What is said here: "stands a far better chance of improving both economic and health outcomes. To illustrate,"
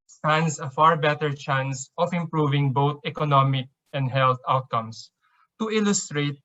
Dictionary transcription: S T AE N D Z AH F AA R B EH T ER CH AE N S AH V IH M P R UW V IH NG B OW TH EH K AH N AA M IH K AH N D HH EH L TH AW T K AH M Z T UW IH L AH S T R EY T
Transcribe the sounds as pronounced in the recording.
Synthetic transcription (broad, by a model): S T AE N D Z AH F AA R B EH T ER CH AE N S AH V IH M P R UW V IH NG B OW T EH K AH N AA M IH K AH N D HH EH L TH AW T K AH M S T UW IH L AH S T R EY T